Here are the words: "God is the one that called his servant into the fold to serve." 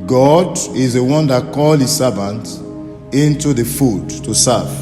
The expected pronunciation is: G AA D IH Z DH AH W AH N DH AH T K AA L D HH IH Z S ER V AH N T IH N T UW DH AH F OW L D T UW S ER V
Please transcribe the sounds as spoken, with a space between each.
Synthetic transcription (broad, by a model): G AA D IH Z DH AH W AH N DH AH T K AA L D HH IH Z S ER V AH N T IH N T UW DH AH F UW D T UW S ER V